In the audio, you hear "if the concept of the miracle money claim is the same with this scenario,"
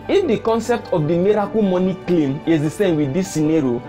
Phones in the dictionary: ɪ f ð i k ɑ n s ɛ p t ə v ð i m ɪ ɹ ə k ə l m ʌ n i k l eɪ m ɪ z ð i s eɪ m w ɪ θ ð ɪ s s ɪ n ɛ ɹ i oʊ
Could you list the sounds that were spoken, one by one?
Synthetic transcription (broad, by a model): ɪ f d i k ɑ n s ɛ p t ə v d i m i ɹ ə k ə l m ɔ n i k l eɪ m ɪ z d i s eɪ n w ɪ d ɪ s s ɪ n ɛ ɹ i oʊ